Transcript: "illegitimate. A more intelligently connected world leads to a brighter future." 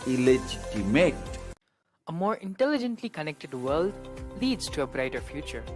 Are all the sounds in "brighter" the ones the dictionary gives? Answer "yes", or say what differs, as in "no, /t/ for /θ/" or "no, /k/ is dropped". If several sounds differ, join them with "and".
yes